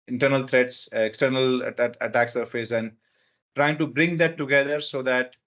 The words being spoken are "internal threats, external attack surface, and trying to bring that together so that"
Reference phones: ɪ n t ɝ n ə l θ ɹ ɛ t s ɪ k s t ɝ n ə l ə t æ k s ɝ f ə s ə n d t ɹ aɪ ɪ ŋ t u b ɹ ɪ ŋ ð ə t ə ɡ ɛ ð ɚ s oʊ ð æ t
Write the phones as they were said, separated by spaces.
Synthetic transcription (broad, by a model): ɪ n t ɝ n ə l t ɹ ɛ t s ɪ k s t ɝ n ə l ə t æ k s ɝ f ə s ə n d t ɹ aɪ ɪ ŋ t u b ɹ ɪ ŋ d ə t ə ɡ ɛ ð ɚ s oʊ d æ t